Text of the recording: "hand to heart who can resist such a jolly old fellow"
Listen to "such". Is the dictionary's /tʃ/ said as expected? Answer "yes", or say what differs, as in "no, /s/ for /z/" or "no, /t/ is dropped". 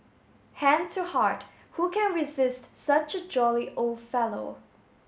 yes